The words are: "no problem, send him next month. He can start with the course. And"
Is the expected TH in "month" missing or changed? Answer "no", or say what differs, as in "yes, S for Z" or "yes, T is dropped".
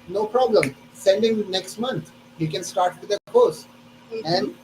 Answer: yes, T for TH